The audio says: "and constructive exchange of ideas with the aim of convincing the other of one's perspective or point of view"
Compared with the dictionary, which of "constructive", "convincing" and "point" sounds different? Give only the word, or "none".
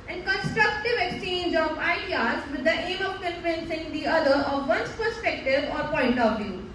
convincing